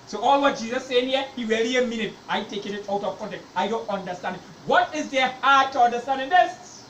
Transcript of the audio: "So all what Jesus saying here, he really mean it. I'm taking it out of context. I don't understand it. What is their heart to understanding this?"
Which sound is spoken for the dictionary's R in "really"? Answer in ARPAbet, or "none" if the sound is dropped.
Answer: W